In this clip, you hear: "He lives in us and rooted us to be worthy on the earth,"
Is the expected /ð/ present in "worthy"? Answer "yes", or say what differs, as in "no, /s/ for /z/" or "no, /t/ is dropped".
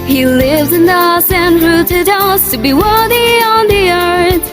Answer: yes